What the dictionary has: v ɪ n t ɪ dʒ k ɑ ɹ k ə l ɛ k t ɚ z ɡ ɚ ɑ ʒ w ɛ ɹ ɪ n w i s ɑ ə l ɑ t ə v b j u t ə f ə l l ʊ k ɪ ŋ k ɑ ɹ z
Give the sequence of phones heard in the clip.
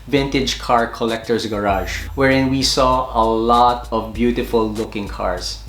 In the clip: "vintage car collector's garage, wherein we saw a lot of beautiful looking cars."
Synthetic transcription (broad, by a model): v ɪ n t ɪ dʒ k ɑ ɹ k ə l ɛ k t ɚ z ɡ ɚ ɑ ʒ w ɛ ɹ ɪ n w i s ɑ ə l ɑ t ə v b j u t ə f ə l l ʊ k ɪ ŋ k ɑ ɹ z